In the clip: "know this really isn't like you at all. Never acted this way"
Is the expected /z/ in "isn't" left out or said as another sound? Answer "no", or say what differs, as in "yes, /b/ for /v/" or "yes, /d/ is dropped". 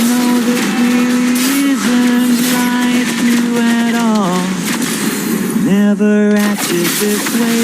no